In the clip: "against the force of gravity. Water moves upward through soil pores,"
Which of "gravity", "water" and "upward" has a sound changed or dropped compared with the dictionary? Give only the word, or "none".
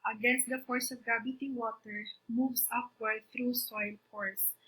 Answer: gravity